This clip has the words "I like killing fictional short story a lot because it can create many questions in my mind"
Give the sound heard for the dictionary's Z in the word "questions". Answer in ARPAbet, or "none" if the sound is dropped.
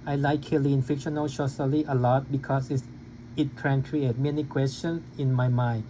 S